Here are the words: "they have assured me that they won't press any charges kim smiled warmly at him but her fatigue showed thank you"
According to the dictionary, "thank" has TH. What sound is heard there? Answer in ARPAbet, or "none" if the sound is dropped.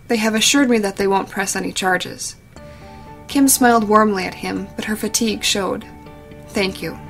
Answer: TH